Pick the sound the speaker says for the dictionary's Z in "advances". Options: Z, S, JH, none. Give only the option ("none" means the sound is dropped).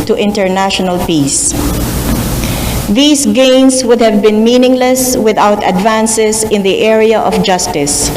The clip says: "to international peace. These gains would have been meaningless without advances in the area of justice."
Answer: S